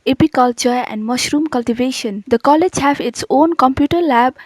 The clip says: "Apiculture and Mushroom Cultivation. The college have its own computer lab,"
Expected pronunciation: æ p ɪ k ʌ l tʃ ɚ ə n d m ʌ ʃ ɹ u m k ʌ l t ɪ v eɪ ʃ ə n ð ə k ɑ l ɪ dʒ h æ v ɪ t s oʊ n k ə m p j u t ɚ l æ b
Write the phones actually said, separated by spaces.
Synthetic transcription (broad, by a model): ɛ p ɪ k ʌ l tʃ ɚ ə n d m ʌ ʃ ɹ u m k ʌ l t ɪ v eɪ ʃ ə n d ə k ɑ l ɪ dʒ h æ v ɪ t s oʊ n k ə m p j u t ɚ l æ b